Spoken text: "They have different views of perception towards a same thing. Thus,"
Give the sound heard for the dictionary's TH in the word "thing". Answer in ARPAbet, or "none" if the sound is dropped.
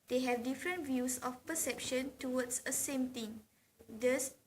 T